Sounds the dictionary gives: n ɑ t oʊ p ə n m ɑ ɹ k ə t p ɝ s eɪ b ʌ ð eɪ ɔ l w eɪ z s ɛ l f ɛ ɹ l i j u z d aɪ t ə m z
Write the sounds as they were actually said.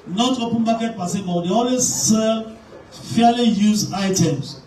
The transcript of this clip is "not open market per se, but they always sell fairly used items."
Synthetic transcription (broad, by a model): n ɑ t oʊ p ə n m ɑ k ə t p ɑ s eɪ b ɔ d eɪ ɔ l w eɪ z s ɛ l f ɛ l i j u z aɪ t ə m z